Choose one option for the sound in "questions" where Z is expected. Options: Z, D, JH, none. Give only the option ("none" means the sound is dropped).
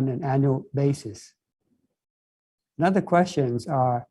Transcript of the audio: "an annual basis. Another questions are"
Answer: Z